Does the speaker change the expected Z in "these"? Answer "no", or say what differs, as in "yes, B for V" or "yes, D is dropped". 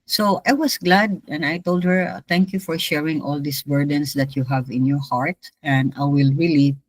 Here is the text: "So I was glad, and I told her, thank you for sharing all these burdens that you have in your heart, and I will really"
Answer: yes, S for Z